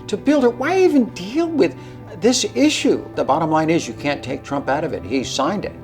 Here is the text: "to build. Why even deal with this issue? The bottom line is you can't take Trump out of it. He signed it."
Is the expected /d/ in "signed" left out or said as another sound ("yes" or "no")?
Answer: no